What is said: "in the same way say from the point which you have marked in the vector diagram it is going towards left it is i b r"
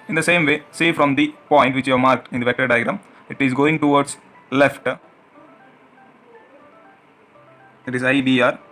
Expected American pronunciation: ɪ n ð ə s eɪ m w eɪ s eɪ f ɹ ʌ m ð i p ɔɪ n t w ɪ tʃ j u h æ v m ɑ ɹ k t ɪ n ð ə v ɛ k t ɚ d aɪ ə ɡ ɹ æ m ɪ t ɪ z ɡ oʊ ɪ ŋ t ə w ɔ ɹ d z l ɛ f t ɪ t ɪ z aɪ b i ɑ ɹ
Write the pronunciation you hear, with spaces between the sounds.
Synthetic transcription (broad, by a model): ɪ n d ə s eɪ m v eɪ s eɪ f ɹ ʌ m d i p ɔɪ n t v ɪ tʃ j u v m ɑ ɹ k t ɪ n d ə v ɛ k t ɚ d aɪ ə ɡ ɹ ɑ m ɪ t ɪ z ɡ oʊ ɪ ŋ t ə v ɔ ɹ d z l ɛ f t ɪ t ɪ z aɪ b i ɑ ɹ